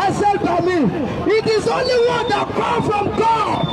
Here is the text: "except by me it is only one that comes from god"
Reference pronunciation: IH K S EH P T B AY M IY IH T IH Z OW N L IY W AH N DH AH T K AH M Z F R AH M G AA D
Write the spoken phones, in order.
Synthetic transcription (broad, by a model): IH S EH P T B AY M IY IH T IH Z OW N L IY W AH N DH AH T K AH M F R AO M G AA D